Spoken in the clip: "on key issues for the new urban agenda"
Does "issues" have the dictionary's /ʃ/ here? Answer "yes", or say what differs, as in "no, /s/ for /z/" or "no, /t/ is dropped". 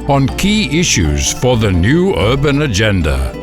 yes